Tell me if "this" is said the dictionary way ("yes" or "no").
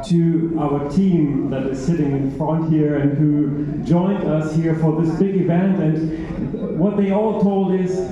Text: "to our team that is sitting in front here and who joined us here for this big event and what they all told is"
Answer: yes